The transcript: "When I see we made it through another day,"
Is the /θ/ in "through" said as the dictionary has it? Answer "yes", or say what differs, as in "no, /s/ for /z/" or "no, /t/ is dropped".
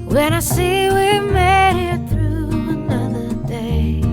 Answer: yes